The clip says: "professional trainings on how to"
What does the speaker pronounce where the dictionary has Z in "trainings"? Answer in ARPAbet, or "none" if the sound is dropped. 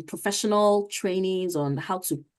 Z